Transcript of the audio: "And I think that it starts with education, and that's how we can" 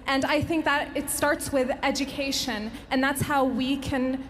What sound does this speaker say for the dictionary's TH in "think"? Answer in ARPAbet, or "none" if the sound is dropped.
TH